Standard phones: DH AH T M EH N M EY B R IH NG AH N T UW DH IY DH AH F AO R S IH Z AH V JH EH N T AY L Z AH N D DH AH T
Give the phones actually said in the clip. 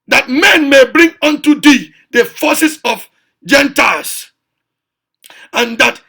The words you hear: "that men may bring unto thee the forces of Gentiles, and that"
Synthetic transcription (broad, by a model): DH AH T M EH N M EY B R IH NG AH N T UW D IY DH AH F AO S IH S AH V JH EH N T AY L S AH N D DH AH T